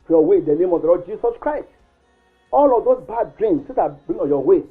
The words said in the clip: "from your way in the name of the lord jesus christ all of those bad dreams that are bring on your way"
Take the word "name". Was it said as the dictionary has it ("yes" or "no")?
yes